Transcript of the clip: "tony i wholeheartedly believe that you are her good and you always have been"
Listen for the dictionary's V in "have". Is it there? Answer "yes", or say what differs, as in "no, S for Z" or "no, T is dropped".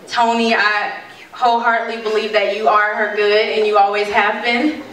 yes